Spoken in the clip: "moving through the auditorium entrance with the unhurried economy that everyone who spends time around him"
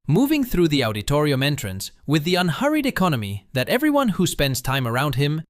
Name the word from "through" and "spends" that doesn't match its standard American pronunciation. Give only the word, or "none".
none